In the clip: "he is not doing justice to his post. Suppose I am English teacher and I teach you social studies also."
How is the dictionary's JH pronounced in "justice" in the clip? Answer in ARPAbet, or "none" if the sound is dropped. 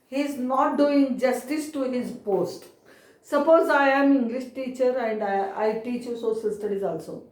JH